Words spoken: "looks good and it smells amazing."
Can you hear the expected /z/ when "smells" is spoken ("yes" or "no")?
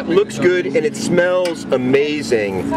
yes